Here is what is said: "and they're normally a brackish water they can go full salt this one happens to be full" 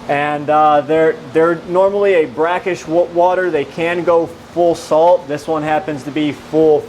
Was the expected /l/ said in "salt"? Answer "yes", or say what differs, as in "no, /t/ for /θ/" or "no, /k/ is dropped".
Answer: yes